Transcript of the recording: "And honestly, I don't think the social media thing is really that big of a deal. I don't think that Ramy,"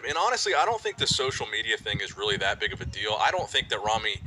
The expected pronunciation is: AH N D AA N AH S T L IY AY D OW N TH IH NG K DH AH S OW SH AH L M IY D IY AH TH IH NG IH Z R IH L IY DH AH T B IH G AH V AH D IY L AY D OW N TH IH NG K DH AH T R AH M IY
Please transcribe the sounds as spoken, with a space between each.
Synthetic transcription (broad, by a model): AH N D AA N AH S T L IY AY D OW N TH IH NG K DH AH S OW SH L M IY D IY AH TH IH NG IH Z R IH L IY DH AH T B IH G AH V AH D IY L AY D OW N TH IH NG K DH AH T R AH M IY